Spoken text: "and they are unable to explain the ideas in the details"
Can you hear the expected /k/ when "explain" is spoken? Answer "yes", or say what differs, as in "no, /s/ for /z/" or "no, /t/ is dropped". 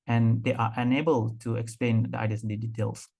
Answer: yes